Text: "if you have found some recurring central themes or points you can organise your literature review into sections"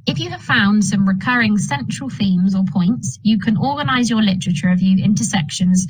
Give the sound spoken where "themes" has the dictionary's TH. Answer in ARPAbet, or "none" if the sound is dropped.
TH